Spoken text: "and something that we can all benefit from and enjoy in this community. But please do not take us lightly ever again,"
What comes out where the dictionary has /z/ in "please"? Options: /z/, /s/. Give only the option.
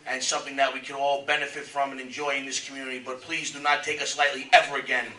/z/